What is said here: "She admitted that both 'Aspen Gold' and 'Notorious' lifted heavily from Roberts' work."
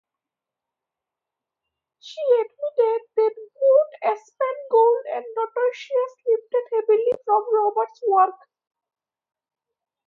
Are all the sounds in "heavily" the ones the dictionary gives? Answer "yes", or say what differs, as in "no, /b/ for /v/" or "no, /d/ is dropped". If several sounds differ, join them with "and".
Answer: no, /b/ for /v/